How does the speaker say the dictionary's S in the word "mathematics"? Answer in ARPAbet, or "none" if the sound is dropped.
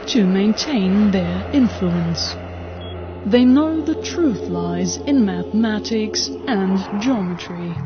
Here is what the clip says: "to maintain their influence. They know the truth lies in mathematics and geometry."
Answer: S